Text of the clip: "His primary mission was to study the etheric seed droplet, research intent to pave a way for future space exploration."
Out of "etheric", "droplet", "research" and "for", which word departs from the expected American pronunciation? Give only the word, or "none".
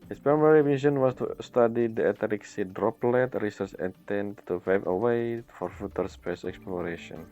etheric